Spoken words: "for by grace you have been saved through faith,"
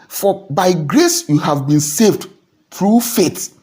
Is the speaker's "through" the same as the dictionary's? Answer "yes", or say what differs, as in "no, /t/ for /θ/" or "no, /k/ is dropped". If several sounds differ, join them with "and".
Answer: no, /t/ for /θ/